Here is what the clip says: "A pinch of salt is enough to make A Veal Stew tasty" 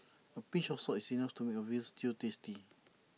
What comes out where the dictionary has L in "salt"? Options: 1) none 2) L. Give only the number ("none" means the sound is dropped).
1